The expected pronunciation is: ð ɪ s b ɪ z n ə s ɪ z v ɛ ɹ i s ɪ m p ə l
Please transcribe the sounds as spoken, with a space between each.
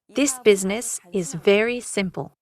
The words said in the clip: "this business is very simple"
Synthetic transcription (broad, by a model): ð ɪ s b ɪ z n ə s ɪ z v ɛ ɹ i s ɪ m p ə l